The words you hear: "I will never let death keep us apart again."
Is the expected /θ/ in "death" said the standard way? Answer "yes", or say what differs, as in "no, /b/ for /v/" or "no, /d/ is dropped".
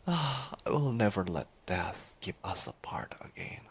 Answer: yes